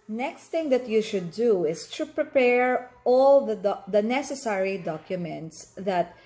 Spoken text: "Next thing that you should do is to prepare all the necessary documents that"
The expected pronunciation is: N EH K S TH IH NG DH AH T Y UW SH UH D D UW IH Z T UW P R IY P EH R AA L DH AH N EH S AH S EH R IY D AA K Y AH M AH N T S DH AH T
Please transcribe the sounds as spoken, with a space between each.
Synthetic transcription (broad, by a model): N EH K S T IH NG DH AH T Y UW SH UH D D UW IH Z T UW P R IY P EH R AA L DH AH N EH S AH S EH R IY D AA K Y AH M AH N T S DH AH T